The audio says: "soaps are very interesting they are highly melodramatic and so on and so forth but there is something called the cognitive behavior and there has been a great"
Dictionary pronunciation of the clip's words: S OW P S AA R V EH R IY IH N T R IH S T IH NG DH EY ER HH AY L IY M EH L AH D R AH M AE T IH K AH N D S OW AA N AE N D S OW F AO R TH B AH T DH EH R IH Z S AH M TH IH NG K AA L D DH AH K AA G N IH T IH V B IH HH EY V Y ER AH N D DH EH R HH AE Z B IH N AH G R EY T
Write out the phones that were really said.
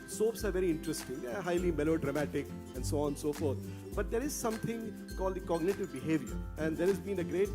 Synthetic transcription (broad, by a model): S OW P S AA R V EH R IY IH N T R IH S T IH NG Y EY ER HH AY L IY M EH L AH D R AH M AE T IH K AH N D S OW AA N N S OW F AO R T B AH T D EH R IH Z S AH M T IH NG K AA L D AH K AA G N IH T IH V B IH HH EY V Y ER AH N D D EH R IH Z B IH N AH G R EY T